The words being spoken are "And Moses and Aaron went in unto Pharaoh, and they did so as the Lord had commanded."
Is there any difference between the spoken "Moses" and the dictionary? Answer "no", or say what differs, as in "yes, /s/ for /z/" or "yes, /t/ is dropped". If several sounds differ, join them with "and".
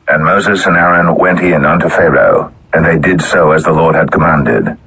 no